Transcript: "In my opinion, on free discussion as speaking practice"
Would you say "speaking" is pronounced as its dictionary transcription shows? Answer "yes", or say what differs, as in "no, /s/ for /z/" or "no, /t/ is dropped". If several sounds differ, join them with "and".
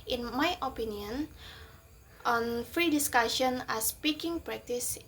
yes